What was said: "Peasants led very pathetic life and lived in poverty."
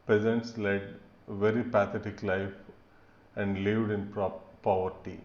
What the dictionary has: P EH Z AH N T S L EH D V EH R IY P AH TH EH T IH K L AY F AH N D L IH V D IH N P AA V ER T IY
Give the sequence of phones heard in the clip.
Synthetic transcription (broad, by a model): P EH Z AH N T S L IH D V EH R IY P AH T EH T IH K L AY F AH N D L IH V D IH N P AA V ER T IY